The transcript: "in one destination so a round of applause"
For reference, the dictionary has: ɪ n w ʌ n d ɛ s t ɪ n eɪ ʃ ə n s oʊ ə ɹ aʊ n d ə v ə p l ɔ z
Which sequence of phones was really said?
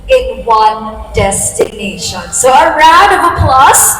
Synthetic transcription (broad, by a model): ɪ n w ʌ n d ɛ s t ɪ n eɪ ʃ ə n s oʊ ə ɹ aʊ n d ə v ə p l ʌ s